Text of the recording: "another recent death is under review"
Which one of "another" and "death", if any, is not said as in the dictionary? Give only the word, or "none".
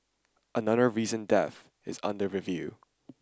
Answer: none